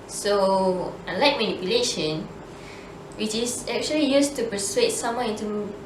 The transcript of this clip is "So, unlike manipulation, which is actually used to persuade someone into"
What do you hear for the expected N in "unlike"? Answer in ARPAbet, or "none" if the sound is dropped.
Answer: none